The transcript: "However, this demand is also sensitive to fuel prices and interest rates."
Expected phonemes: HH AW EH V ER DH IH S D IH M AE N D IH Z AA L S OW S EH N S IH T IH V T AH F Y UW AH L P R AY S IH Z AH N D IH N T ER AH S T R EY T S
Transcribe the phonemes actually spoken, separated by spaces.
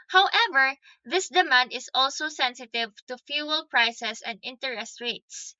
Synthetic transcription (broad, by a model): HH AW EH V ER DH IH S D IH M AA N D IH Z AA L S OW S EH N S IH T IH V T AH F Y UW AH L P R AY S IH S AH N D IH N T ER AH S T R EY T S